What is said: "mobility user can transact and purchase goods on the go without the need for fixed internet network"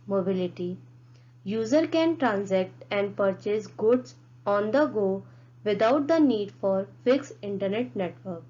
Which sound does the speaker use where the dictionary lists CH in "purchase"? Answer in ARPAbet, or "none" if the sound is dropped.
CH